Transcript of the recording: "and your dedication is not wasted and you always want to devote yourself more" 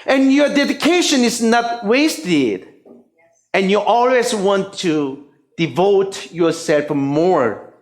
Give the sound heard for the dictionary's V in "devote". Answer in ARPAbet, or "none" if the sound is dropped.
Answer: V